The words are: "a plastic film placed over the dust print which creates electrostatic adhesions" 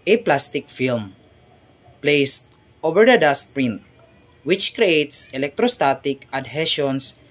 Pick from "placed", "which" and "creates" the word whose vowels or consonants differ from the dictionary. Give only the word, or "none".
none